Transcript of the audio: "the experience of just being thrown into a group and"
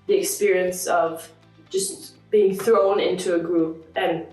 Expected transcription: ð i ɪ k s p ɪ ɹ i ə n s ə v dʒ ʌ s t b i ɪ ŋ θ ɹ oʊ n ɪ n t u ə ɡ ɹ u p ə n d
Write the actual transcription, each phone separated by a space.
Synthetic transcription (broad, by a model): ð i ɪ k s p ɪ ɹ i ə n s ə v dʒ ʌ s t b i ɪ ŋ θ ɹ oʊ n ɪ n t u ə ɡ ɹ u p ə n